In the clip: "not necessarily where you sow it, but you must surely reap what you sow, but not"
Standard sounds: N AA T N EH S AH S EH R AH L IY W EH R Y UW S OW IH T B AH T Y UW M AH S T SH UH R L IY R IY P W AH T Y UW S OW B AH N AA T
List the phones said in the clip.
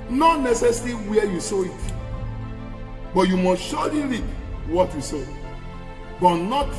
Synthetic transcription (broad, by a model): N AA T N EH S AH S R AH W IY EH Y UW S OW IH T B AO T Y UW M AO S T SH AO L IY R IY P W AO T Y UW S OW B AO N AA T